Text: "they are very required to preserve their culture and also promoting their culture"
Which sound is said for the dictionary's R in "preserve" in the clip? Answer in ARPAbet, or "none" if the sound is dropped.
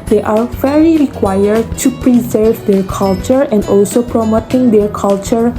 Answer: R